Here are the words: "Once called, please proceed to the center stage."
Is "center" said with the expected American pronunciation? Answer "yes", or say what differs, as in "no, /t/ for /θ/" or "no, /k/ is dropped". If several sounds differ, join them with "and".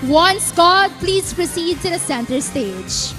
yes